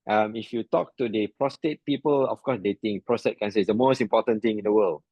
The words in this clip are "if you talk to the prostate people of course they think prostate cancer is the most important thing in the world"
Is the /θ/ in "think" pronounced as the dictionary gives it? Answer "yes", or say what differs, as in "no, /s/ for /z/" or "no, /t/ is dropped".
no, /t/ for /θ/